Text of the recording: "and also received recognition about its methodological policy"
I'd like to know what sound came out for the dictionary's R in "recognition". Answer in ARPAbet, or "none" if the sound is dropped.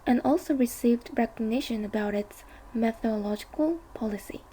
R